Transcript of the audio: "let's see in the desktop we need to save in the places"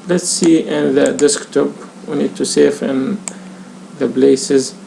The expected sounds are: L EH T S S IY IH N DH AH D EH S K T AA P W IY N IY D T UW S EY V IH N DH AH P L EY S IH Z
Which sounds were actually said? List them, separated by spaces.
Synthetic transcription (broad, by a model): L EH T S S IY IH N DH AH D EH S K T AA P W IY N IY D T UW S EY F IH N DH AH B L EY S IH Z